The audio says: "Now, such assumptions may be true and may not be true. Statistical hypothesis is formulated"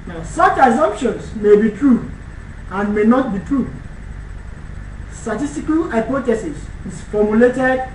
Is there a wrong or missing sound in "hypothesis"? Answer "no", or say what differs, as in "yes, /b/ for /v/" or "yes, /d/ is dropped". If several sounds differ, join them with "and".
yes, /t/ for /θ/